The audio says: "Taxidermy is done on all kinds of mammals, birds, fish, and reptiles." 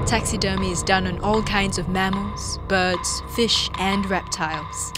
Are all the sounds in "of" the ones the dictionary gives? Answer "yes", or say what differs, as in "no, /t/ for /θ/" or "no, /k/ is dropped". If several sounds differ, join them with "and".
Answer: yes